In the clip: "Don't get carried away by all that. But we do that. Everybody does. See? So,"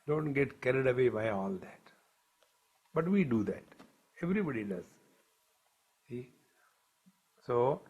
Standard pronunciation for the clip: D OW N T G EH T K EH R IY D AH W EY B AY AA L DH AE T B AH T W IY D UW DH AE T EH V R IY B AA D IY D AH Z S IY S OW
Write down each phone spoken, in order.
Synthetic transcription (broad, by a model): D OW N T G EH T K EH R IY D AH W EY B AY AA L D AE T B AH T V IY D UW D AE T EH V R IY B AA D IY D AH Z S IY S OW